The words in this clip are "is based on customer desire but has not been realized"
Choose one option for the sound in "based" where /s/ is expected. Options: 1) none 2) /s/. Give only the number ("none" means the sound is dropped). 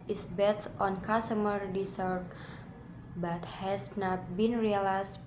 1